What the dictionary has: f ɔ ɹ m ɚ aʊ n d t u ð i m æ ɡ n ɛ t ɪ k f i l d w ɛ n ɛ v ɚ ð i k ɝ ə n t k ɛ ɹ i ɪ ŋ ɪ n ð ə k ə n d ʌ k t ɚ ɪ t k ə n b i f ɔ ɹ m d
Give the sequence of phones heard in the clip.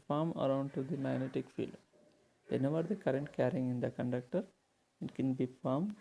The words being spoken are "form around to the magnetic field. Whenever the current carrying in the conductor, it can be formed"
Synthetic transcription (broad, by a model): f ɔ ɹ m ɚ aʊ n d t u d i m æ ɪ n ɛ t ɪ k f i l d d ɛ n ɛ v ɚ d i k ɝ ə n t k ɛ ɹ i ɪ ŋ ɪ n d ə k ə n d ʌ k t ɚ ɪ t k ə n b i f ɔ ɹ m